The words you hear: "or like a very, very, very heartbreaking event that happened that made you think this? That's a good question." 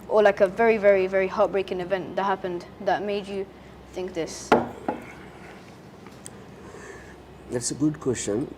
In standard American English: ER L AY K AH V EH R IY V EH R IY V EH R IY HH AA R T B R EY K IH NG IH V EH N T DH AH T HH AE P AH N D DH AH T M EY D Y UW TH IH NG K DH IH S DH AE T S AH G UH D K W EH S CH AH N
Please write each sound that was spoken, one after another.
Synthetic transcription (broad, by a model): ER L AY K AH V EH R IY V EH R IY V EH R IY HH AA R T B R EY K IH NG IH V EH N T DH AH T HH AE P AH N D DH AH T M EY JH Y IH TH IH NG K DH IH S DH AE T S AH G UH D K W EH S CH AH N